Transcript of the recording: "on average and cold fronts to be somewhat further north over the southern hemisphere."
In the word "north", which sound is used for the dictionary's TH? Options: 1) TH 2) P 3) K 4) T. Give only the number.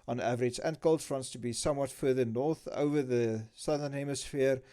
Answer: 1